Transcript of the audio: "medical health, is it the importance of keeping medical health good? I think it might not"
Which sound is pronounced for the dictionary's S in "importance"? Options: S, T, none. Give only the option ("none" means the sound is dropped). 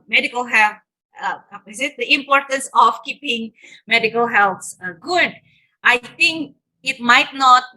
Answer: S